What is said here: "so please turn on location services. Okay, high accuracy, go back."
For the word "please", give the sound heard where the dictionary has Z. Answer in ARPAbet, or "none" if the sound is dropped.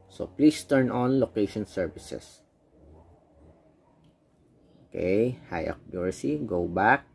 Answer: S